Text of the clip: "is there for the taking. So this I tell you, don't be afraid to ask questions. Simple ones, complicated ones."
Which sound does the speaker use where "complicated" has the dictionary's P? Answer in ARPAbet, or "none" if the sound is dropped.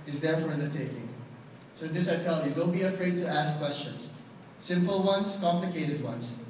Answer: P